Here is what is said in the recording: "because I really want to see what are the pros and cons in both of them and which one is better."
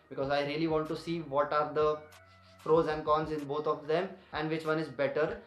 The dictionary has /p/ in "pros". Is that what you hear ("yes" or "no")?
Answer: no